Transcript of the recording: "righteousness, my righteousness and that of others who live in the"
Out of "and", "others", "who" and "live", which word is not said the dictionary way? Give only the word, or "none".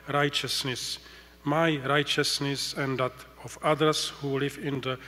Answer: others